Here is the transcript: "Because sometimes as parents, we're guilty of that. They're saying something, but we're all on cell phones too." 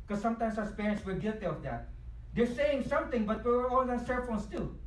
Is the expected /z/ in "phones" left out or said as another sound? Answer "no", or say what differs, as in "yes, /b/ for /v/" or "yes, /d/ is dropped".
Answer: yes, /s/ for /z/